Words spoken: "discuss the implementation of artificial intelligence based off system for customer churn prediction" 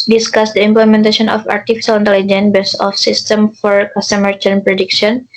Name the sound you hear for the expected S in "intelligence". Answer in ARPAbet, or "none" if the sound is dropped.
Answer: none